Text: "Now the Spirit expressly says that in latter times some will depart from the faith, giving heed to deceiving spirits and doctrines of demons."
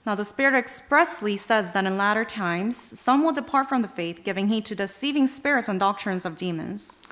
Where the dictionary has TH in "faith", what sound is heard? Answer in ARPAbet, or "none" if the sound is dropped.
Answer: TH